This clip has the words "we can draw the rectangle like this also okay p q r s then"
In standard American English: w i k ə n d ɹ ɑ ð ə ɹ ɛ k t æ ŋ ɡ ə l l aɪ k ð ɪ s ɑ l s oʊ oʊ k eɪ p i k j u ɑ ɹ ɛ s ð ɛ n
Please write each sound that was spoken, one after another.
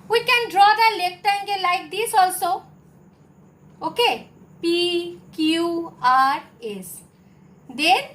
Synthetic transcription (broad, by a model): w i k ə n d ɹ ɑ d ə l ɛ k t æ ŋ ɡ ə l l aɪ k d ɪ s ɑ l s oʊ oʊ k eɪ p i k j u ɑ ɹ ɛ s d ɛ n